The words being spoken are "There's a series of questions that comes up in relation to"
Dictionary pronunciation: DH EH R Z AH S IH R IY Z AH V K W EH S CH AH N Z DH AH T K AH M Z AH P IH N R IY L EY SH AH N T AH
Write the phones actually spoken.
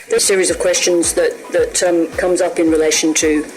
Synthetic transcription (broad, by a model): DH AH S IH R IY Z AH V K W EH S CH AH N Z DH AH T K AH M Z AH P IH N R IY L EY SH AH N T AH